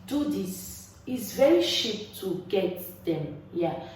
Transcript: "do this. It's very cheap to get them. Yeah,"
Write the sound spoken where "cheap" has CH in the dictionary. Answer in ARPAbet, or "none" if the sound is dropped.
SH